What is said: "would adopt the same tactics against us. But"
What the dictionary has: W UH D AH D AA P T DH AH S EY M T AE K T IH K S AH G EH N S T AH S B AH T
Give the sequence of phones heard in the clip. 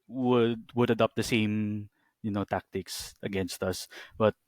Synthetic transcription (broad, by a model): W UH D AH D AA P T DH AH S EY M T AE K T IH K S AH G EH N S T AH S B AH T